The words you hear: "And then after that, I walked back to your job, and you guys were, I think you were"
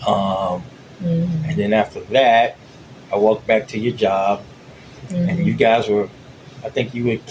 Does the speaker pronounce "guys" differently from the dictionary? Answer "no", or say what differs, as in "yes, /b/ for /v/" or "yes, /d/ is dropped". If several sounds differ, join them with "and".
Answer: no